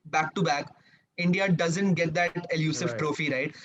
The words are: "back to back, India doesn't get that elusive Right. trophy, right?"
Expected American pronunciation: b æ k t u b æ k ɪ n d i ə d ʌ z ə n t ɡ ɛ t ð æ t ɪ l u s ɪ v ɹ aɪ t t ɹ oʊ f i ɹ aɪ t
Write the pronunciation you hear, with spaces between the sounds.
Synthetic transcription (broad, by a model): b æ k t u b æ k ɪ n d i ə d ʌ z ə n t ɡ ɛ t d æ t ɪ l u s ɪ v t t ɹ oʊ f i ɹ aɪ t